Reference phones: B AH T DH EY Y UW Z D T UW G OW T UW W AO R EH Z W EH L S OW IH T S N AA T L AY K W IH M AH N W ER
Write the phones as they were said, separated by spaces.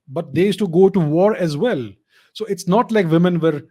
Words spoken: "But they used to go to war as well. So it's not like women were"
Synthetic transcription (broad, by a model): B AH T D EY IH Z T UW G OW T UW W AO R EH Z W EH L S OW IH T S N AA T L AY K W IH M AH N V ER